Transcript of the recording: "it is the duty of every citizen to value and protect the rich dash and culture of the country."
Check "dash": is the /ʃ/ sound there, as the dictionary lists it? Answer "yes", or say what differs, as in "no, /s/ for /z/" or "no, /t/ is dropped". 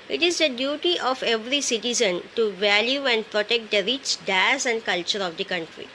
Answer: no, /s/ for /ʃ/